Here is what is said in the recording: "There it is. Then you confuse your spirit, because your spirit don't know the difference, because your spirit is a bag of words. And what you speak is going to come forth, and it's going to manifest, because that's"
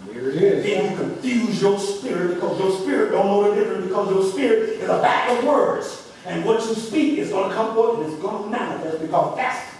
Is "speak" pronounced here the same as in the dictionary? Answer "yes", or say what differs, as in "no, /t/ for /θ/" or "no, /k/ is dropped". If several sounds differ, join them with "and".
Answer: yes